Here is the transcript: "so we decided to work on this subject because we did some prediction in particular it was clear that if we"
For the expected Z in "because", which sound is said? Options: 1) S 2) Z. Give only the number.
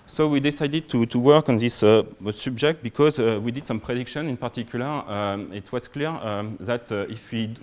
2